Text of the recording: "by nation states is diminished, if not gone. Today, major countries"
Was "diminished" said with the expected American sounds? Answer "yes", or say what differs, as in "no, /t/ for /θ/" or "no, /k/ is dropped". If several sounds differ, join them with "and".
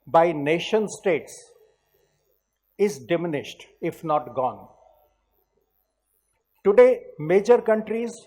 yes